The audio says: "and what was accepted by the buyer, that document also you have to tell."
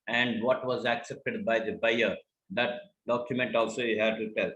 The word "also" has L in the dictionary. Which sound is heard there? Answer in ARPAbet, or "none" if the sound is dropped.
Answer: L